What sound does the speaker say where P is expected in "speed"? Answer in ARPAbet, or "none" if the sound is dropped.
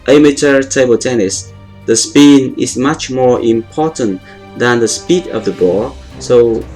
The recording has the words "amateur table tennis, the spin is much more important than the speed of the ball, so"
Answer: P